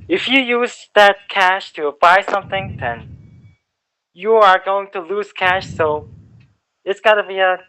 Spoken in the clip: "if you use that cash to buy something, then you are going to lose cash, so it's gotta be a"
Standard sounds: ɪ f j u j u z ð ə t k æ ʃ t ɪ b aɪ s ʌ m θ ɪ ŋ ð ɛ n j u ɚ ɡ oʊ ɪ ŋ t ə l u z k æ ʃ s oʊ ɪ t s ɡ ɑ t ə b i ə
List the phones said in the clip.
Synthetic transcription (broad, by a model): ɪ f j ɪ j u z ð ə t k æ ʃ t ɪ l aɪ s ʌ m θ ɪ ŋ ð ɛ n j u ɚ ɡ oʊ ɪ ŋ t ə l u z k æ ʃ s oʊ ɪ t s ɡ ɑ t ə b i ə